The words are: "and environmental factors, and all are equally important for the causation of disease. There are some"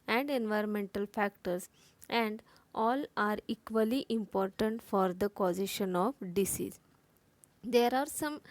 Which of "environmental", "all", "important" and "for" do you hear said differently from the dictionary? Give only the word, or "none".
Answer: none